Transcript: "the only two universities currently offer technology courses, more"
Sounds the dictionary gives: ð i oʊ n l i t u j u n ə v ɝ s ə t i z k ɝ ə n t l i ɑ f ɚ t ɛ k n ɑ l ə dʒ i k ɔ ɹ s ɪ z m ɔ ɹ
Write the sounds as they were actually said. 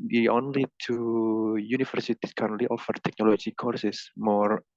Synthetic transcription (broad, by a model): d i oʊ n l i t u j u n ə f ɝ s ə t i s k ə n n l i ɑ f ɚ t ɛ k n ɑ l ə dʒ i k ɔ ɹ s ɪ s m ɔ ɹ